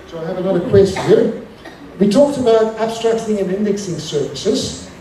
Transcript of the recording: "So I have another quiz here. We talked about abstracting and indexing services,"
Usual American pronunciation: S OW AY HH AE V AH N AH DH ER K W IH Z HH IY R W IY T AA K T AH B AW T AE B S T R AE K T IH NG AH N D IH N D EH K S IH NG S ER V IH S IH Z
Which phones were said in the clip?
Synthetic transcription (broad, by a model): S OW AY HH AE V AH L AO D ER K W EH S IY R W IY T AA K T AH B AW T AE B S T R AE K T IH NG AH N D IH N D EH K S IH NG S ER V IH S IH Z